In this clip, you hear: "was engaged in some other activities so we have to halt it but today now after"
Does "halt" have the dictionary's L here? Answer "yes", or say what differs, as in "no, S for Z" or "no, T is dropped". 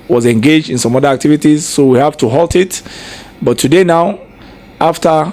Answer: yes